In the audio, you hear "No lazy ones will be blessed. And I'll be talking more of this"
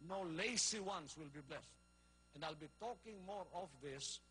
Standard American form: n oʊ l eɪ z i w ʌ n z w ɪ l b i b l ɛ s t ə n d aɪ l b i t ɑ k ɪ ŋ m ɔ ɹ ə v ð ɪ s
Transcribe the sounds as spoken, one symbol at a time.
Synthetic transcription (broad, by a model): n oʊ l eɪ s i w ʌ n s w ɪ l b i b l ɛ s t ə n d aɪ l b i t ɑ k ɪ ŋ m ɔ ɹ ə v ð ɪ s